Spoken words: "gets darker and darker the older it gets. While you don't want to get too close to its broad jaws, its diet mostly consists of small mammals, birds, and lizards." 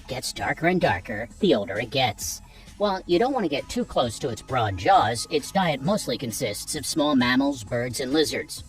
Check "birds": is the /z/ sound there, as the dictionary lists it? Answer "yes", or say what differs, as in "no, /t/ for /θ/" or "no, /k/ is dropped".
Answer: yes